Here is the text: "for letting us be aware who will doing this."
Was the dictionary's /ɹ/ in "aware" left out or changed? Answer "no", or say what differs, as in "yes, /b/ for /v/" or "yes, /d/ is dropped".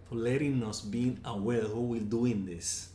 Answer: yes, /l/ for /ɹ/